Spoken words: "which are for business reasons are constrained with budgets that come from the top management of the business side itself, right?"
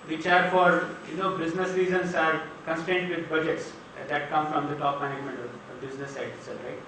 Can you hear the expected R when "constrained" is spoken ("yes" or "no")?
no